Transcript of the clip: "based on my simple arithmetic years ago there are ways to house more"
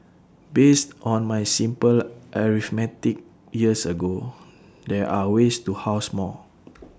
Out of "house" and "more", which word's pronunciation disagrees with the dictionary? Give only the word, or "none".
more